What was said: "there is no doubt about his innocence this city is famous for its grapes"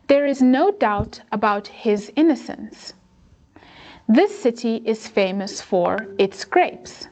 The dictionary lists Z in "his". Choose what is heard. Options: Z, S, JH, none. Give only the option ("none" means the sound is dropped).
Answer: Z